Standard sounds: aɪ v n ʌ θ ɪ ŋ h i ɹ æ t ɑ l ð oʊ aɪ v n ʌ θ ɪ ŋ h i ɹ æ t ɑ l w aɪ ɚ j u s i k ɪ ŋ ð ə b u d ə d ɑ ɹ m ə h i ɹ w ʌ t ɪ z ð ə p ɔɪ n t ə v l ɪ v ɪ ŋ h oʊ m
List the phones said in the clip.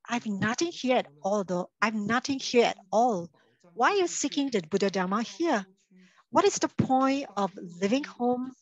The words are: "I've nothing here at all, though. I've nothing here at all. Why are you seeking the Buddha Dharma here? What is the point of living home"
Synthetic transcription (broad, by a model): aɪ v n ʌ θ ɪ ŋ h i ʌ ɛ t ɑ l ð oʊ aɪ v n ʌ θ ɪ ŋ h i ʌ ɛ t ɑ l w aɪ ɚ j u s i k ɪ ŋ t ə b u d ə d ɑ m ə h i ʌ w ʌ t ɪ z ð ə p ɔɪ n t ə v l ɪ v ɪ ŋ h oʊ m